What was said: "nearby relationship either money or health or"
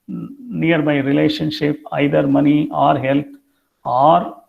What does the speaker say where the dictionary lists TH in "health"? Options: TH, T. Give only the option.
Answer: T